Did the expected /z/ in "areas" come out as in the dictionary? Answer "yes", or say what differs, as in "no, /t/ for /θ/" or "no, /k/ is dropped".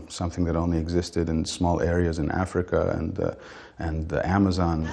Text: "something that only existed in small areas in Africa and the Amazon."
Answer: yes